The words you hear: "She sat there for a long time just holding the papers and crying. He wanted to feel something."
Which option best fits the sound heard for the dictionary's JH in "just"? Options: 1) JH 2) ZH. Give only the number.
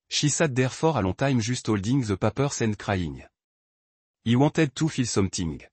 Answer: 2